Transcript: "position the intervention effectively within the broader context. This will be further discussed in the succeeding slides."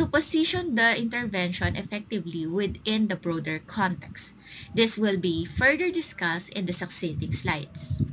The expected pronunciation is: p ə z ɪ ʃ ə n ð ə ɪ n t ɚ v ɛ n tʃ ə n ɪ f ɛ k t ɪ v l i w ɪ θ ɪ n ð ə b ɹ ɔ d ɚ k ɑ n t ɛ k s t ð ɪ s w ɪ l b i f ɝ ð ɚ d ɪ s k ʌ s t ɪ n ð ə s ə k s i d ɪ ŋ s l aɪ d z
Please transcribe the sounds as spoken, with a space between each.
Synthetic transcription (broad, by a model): p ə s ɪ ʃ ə n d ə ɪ n t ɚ v ɛ n ʃ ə n ɪ f ɛ k t ɪ v l i w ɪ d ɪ n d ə b ɹ ɔ d ɚ k ɑ n t ɛ k s t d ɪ s w ɪ l b i f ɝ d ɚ d ɪ s k ʌ s t ɪ n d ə s ə k s i d ɪ ŋ s l aɪ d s